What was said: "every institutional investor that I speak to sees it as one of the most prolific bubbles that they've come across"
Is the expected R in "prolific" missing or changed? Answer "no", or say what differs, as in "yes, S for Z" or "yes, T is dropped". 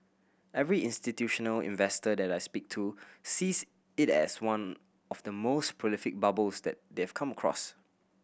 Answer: no